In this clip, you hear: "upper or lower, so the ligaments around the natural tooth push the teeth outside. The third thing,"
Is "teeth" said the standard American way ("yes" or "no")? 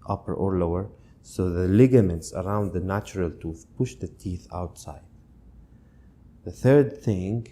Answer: yes